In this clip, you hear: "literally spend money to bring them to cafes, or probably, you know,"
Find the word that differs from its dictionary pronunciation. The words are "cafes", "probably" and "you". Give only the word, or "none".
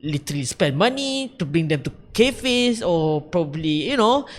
cafes